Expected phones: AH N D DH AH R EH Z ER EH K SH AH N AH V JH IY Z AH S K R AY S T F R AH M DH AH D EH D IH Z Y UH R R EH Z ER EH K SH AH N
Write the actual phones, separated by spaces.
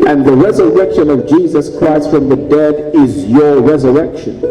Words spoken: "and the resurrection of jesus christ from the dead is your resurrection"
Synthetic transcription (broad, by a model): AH N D DH AH R EH Z ER EH K SH AH N AH V JH IY Z AH S K R AY S T F R AH M DH AH D EH D IH Z Y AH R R EH Z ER EH K SH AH N